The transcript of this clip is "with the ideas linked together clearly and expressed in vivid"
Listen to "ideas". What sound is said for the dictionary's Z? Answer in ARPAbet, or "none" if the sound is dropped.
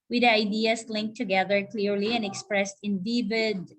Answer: S